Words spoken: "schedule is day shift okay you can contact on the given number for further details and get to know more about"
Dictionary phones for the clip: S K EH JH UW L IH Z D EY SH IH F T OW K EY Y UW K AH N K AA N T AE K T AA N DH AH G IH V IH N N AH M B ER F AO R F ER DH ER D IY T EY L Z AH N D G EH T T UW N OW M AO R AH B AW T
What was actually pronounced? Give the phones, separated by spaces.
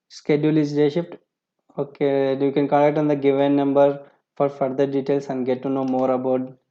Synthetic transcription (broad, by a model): S K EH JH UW L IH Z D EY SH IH P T OW K EY Y UW K AH N K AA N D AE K T AA N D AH G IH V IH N N AH M B ER F AO R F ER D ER D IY T EY L S AH N D G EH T T UW N OW M AO R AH B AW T